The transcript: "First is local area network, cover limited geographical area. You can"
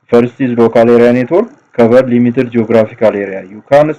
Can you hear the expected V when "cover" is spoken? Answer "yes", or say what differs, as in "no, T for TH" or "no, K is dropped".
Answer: no, B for V